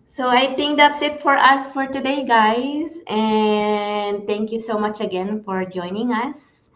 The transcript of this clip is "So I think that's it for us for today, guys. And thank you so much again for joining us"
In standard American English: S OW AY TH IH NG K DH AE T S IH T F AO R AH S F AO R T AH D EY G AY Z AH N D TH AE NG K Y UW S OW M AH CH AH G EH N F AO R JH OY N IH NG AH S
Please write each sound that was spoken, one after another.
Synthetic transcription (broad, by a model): S OW AY T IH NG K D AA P S IH T F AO R AH S F AO R T AH D EY G AY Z AH N D T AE NG K Y UW S OW M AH CH AH G EH N F AO R JH OY N IH NG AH S